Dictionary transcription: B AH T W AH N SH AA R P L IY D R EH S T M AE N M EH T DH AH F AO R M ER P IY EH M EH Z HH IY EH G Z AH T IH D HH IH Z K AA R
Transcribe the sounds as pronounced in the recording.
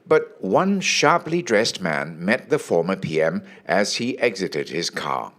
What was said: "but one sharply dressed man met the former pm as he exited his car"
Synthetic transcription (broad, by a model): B AH T W AH N SH AA R P L IY D R EH S T M AE N M EH T DH AH F AO R M ER P IY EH M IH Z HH IY EH G Z AH T IH D HH IH Z K AA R